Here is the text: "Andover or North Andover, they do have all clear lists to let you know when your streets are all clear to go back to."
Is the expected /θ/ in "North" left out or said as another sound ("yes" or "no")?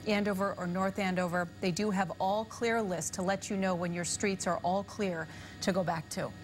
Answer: no